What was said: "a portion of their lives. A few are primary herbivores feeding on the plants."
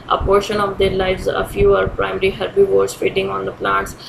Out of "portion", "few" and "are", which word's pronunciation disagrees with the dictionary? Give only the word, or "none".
none